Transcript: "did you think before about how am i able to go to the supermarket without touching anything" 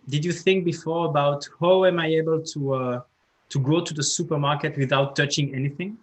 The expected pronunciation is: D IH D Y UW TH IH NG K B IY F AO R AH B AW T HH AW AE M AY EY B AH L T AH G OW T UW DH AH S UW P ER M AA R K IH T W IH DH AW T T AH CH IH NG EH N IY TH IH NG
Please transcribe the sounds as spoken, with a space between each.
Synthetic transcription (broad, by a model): D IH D Y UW TH IH NG K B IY F AO R AH B AW T HH AW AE M AY EY B AH L T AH G OW T UW DH AH S UW P ER M AA R K IH T W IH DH AW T T AH CH IH NG EH N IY TH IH NG